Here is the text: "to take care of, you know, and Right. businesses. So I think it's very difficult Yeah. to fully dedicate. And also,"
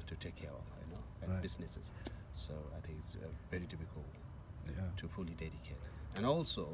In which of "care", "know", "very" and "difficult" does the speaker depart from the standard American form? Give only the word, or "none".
difficult